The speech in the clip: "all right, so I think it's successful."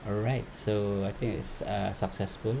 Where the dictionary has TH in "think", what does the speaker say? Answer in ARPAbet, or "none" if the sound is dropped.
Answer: T